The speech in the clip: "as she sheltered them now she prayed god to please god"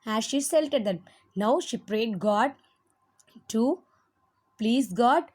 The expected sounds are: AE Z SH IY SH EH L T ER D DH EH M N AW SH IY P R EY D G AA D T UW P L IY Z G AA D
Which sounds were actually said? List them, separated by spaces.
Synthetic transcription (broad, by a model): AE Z SH IY S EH L T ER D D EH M N AW SH IY P R EY D G AA D T UW P L IY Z G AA D